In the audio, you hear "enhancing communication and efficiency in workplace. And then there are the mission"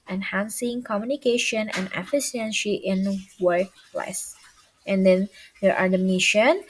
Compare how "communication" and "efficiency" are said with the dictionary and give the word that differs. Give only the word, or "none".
efficiency